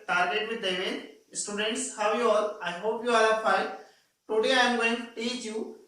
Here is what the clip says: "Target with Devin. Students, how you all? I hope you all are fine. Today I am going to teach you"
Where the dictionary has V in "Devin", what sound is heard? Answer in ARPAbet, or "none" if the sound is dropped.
none